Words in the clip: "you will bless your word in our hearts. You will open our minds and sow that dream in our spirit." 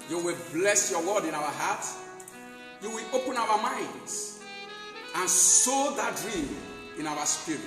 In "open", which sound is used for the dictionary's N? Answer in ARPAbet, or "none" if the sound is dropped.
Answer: N